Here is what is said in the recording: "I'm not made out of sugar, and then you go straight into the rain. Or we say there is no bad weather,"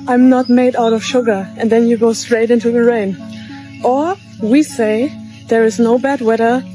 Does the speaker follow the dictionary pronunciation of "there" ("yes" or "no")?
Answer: yes